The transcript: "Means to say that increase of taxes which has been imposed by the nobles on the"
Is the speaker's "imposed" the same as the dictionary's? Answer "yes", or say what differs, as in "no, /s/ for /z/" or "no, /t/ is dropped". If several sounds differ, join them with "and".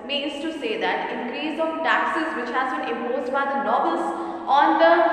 no, /p/ is dropped